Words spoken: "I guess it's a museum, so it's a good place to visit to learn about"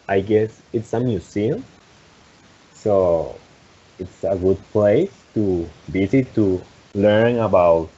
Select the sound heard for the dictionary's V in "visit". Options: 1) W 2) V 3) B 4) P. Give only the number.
3